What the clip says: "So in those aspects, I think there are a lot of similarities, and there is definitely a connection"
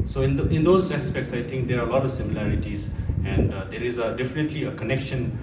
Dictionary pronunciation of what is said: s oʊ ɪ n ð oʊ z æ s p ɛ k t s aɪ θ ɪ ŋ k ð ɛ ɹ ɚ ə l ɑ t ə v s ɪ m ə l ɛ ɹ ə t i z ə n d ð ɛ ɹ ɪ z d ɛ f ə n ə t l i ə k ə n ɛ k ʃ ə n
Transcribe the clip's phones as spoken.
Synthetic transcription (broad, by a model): s oʊ ɪ n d oʊ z æ s p ɛ k t s aɪ t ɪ ŋ k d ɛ ɹ ə l ɑ t ə v s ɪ m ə l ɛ ɹ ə t i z ə n d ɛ ɹ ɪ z d ɛ f ə n ə t l i ə k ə n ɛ k ʃ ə n